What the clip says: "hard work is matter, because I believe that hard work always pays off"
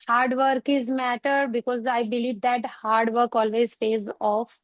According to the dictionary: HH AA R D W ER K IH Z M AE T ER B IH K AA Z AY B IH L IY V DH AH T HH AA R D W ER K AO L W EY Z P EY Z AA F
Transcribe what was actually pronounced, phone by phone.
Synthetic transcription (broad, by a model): HH AA R D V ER K IH Z M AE T ER B IH K AA Z AY B IH L IY V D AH T HH AA R D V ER K AO L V EY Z F EY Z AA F